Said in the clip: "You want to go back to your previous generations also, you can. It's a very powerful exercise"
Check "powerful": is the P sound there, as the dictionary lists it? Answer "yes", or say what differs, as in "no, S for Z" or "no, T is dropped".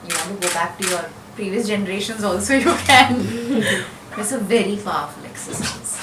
no, F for P